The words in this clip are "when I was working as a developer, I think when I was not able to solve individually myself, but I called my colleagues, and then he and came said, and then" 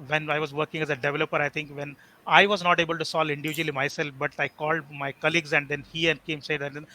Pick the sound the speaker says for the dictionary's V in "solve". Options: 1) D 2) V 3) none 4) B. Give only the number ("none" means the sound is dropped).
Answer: 3